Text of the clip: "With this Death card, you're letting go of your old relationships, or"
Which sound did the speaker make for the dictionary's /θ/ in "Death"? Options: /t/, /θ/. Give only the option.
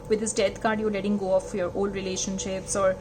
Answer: /t/